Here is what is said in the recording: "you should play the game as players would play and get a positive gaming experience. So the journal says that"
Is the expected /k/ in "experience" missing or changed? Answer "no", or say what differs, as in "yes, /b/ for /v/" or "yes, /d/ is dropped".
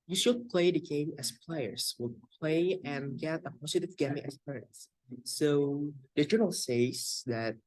yes, /k/ is dropped